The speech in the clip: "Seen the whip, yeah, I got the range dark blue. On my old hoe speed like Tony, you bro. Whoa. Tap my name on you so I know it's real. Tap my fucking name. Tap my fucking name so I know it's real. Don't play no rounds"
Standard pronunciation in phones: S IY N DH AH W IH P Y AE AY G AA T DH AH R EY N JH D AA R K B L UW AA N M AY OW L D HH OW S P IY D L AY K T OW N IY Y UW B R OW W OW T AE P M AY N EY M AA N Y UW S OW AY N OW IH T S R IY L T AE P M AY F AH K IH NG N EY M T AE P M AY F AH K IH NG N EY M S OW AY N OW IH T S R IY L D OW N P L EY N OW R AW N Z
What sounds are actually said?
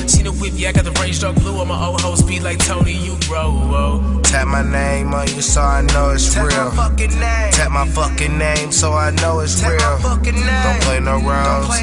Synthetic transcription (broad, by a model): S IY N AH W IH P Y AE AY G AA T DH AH R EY N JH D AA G B L UW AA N M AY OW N HH OW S B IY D L AY K T OW N IY Y UW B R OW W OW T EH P M AY N EY M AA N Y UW S OW AY N OW IH T S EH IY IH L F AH K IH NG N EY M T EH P M AY F AH K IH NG N EY M S OW AY N OW IH T S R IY L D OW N P L EY N OW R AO